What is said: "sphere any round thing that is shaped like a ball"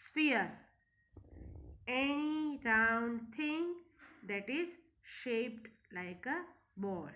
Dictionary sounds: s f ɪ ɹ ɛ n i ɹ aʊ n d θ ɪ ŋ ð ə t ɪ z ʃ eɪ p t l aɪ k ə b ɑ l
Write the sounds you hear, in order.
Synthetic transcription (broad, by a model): s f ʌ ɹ ɛ n i ɹ aʊ n d t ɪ ŋ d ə t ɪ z ʃ eɪ p t l aɪ k ə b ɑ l